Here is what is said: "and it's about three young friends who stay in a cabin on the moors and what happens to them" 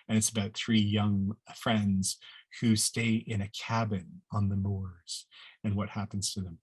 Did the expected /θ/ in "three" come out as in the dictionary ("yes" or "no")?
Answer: yes